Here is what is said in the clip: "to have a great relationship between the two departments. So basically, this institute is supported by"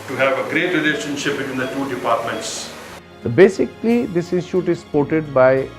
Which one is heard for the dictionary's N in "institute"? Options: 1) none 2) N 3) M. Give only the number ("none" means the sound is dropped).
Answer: 1